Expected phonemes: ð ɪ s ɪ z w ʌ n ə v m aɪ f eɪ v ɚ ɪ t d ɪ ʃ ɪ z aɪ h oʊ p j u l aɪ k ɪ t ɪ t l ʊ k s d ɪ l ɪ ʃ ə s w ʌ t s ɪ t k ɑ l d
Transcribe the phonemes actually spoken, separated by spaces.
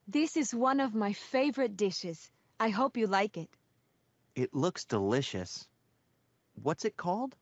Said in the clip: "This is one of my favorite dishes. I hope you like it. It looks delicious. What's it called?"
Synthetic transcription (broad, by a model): ð ɪ s ɪ z w ʌ n ə v m aɪ f eɪ v ɚ ɪ t d ɪ ʃ ɪ z aɪ h oʊ p j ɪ l aɪ k ɪ t ɪ t l ʊ k s d ɪ l ɪ ʃ ə s w ʌ t s ɪ t k ɑ l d